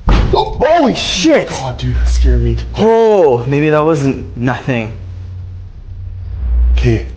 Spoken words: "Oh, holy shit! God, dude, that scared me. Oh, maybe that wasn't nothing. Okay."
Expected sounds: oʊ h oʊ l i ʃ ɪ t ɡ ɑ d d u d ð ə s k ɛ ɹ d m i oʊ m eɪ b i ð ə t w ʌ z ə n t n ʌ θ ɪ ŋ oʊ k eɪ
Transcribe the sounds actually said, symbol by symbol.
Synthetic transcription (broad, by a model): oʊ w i ʃ ɪ t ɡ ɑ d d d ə s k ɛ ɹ m i oʊ m eɪ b i ð ə t w ʌ z ə n t n ʌ θ ɪ ŋ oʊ k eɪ